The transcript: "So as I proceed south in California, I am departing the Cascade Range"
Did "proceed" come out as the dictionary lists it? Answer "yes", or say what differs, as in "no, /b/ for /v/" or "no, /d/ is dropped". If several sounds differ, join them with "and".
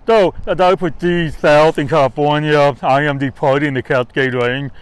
no, /ɹ/ is dropped